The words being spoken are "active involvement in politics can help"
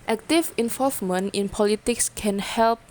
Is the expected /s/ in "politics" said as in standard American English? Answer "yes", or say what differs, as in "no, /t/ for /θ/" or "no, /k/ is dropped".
yes